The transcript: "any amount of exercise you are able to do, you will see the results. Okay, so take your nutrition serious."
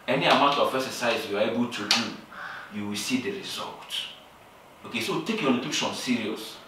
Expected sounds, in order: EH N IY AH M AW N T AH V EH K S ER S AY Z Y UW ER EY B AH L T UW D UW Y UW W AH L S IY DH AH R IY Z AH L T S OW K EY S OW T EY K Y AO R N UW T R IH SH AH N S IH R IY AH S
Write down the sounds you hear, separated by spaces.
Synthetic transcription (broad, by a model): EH N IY AH M AW N T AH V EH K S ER S AY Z Y UW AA EY B AH L T UW D UW Y UW W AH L S IY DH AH R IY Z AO L T OW K EY S OW T EY K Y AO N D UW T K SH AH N S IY R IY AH S